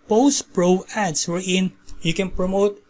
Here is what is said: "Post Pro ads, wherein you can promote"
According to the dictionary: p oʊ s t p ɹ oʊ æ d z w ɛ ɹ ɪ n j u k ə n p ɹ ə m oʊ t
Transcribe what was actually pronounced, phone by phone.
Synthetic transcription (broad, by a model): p oʊ s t p ɹ oʊ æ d s w ɛ ɹ ɪ n j u k ə n p ɹ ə m oʊ t